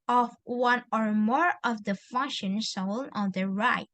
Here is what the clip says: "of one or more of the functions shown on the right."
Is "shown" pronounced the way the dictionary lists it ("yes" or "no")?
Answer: no